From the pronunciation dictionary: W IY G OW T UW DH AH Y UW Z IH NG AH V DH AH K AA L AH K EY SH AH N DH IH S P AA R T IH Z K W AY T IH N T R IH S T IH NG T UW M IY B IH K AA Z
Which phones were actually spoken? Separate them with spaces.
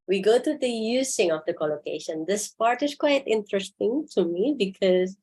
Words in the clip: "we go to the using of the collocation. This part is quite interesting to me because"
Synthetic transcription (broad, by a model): W IY G OW T UW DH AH Y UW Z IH NG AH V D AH K AA L AH K EY SH AH N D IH S P AA R T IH S K W AY T IH N T R IH S T IH NG T UW M IY B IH K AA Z